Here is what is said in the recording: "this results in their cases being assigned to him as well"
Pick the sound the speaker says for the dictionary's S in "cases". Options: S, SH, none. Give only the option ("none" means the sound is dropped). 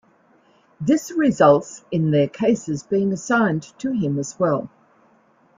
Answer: S